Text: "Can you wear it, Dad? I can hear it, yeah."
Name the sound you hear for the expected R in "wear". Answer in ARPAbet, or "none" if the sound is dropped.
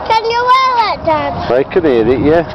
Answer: L